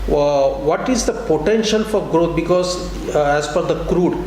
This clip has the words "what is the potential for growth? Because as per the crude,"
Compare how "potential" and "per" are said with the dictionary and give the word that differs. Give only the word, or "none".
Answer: per